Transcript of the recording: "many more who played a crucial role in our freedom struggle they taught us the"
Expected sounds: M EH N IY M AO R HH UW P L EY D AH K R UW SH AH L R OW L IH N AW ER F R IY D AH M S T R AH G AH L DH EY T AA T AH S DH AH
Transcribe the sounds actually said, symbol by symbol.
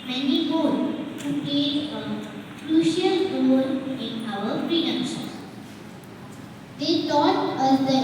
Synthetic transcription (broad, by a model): M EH N IY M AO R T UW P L EY AH K R UW SH AH L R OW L IH N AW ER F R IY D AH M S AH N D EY T AA T AH S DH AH